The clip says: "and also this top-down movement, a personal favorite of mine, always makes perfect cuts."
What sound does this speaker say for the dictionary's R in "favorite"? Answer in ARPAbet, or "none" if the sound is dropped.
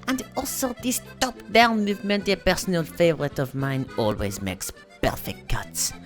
R